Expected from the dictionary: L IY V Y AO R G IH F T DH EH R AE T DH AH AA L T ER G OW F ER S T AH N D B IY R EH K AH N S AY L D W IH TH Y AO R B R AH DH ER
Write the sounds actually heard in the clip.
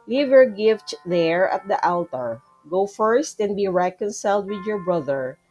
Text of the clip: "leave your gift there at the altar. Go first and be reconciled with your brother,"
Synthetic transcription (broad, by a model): L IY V Y AO R G IH F T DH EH R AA T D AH AA L T ER G OW F ER S T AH N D B IY R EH K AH N S AY L D W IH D Y AO R B R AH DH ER